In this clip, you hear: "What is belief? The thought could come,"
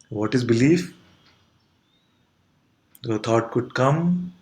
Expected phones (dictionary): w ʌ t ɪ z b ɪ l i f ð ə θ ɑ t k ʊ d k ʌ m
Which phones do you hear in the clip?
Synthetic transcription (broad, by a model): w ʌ t ɪ z b ɪ l i f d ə t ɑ t k ʊ d k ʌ m